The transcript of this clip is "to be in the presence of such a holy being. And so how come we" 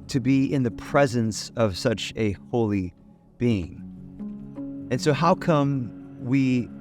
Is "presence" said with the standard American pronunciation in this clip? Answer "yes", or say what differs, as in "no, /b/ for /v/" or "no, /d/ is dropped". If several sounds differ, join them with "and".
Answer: yes